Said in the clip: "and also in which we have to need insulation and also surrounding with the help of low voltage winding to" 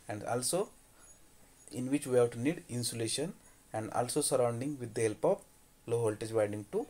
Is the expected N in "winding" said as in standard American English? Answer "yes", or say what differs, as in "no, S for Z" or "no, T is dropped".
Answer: no, N is dropped